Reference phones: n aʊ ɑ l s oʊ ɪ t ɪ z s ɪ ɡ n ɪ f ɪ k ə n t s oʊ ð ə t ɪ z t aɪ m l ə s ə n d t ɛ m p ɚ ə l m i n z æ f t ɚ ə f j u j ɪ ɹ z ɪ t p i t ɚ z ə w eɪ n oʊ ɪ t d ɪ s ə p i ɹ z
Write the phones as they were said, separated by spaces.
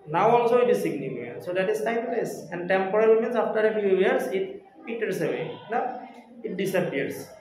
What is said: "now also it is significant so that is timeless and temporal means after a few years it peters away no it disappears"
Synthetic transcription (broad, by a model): n aʊ ɑ l s oʊ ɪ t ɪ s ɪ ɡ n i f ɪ ə t s oʊ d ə t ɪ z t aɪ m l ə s ə n d t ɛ m p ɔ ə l m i n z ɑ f t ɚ ə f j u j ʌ ɹ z ɪ t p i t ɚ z ə w eɪ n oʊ ɪ t d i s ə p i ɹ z